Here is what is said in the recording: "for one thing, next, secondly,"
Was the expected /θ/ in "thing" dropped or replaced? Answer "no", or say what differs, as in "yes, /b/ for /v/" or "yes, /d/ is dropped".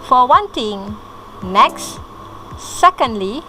yes, /t/ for /θ/